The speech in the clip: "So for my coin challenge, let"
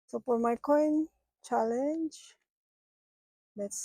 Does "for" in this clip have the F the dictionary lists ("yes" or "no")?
no